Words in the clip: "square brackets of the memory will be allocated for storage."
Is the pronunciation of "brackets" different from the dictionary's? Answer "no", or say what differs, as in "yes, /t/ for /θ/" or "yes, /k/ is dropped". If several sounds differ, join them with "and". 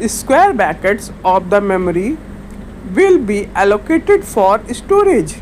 yes, /ɹ/ is dropped